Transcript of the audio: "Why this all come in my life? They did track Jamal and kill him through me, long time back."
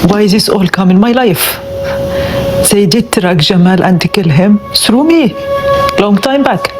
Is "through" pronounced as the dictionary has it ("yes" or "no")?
no